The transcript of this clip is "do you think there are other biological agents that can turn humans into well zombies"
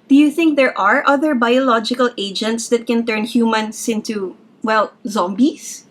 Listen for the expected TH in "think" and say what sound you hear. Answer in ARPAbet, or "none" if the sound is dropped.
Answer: TH